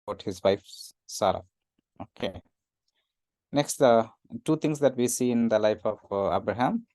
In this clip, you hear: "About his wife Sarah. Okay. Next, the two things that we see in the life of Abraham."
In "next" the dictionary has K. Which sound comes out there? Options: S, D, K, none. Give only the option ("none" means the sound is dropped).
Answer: K